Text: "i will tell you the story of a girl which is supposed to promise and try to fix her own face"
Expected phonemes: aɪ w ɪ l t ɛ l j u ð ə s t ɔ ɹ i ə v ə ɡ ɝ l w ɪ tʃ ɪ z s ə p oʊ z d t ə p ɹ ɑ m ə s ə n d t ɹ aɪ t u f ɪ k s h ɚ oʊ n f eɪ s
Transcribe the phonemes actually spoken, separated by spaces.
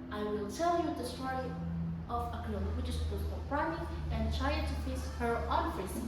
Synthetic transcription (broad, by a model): aɪ w ɪ l t ɛ l j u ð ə s t ɔ ɹ i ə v ə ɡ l w ɪ tʃ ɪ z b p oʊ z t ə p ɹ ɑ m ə ə n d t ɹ aɪ t u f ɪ s h ɚ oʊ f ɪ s